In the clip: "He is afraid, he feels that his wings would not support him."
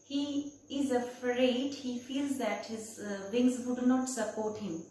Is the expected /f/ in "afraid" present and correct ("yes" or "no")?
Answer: yes